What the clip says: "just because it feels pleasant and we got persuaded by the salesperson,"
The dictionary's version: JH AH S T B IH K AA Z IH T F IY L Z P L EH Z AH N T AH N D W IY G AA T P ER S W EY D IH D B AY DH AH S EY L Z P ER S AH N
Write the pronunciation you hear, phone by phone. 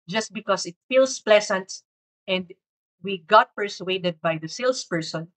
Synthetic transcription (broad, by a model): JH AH S T B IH K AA S IH T F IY L S P L EH S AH N T AH N D W IY G AA T P ER S W EY D IH D B AY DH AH S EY L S P ER S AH N